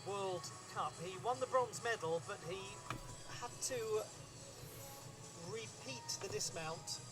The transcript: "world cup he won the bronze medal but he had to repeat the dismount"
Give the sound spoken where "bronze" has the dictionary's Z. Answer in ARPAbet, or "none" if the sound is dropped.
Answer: Z